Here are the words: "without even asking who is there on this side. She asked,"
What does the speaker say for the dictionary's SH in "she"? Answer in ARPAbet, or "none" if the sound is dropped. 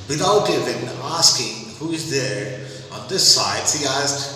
S